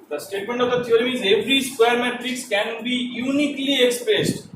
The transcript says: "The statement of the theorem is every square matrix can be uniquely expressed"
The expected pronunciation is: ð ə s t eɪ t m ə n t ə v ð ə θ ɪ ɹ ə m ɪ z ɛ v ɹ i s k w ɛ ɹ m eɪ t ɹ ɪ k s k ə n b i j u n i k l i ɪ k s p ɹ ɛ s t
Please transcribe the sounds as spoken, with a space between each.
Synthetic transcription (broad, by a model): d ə s t eɪ t m ə n t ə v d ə t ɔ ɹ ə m ɪ z ɛ v ɹ i s k w ɛ ɹ m eɪ t ɹ ɪ k s k ə n b i j u n i k l i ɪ k s p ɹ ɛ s t